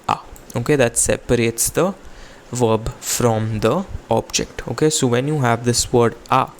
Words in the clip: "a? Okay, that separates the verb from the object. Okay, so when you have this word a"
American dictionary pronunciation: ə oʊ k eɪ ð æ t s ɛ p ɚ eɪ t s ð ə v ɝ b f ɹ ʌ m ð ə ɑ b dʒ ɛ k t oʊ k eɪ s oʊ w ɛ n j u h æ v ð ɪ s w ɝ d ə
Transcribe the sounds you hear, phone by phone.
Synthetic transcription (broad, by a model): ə oʊ k eɪ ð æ t s ɛ p ɚ eɪ t s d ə v ɝ b f ɹ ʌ m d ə ɑ b dʒ ɛ k t oʊ k eɪ s oʊ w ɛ n j u h æ v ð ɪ s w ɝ d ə